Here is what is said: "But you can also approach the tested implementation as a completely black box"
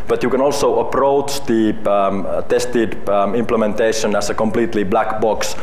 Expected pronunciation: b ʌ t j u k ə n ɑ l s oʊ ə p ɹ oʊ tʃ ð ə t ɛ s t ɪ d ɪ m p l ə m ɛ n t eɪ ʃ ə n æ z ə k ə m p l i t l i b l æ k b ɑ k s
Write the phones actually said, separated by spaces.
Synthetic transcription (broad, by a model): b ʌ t j u k ə n ɑ l s oʊ ə p ɹ oʊ tʃ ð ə t ɛ s t ɪ d ɪ m p l ə m ɛ n t eɪ ʃ ə n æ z ə k ə m p l i t l i b l æ k b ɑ k s